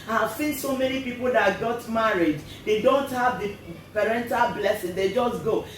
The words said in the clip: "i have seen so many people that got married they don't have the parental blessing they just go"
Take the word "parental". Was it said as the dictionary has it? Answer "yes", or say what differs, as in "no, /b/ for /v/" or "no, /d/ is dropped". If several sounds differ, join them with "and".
yes